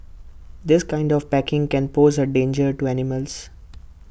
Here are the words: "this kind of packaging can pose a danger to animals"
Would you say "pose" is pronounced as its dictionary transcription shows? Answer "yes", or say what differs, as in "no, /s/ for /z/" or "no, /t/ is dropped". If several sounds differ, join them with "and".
yes